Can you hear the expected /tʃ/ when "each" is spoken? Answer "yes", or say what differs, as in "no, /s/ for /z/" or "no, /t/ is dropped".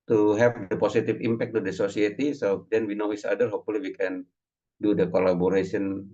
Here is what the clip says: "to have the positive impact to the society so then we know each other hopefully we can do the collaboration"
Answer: no, /s/ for /tʃ/